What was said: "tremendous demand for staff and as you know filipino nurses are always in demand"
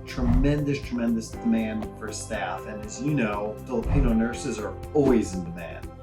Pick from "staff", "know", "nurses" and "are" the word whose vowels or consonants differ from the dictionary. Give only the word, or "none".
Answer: none